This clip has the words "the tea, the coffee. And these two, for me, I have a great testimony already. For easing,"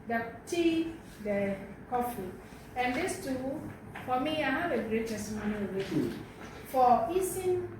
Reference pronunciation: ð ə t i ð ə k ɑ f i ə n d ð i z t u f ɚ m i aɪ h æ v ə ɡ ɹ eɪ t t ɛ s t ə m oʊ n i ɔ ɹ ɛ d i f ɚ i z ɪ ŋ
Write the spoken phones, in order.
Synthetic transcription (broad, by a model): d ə t i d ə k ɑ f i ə n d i s t u f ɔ m i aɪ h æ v ə ɡ ɹ eɪ t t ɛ s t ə m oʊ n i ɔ w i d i f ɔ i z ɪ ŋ